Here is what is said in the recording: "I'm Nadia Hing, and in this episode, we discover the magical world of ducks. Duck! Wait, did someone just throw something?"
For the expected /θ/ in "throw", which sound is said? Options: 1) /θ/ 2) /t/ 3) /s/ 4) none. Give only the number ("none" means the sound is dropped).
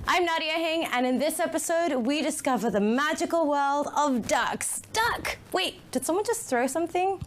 1